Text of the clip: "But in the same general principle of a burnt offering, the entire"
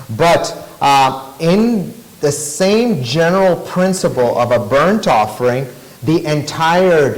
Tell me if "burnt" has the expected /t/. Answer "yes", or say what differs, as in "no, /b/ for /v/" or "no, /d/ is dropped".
yes